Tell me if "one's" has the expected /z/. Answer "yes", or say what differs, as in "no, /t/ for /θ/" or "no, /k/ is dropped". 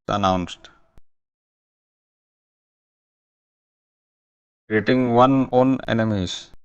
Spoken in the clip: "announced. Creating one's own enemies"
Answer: no, /z/ is dropped